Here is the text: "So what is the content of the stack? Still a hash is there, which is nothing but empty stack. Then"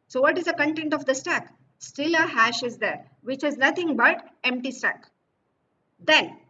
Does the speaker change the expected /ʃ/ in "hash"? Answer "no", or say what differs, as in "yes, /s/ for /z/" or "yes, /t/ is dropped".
no